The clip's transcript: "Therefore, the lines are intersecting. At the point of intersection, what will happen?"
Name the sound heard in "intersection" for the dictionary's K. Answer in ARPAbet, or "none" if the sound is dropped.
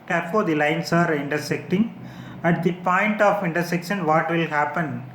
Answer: K